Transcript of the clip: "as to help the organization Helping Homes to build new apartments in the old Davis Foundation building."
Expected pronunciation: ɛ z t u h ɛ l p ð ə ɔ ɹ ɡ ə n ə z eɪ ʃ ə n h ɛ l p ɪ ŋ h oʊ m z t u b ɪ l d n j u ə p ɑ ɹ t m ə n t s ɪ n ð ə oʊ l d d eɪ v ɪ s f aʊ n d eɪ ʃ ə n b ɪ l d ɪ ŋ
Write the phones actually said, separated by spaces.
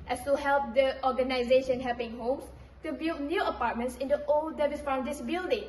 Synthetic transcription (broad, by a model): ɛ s t u h ɛ l p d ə ɔ ɡ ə n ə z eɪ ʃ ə n h ɛ l p ɪ ŋ h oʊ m s t u b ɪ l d n j u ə p ɑ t m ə n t s ɪ n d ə oʊ l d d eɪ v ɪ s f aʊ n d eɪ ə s b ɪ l d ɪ ŋ